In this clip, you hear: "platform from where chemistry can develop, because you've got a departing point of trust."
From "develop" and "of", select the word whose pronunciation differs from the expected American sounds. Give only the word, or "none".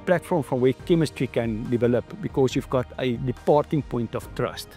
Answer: of